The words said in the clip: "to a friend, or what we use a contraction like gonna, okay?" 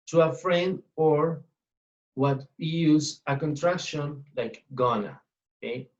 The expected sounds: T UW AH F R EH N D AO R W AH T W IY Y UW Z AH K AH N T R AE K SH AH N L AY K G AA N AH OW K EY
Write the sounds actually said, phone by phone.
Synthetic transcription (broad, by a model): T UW AH F R EH N D AO R W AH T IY Y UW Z AH K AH N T R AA K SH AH N L AY K G AA N AH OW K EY